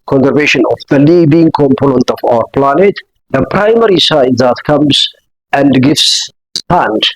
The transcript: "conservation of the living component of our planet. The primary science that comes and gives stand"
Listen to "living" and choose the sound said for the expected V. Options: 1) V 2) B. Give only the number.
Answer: 2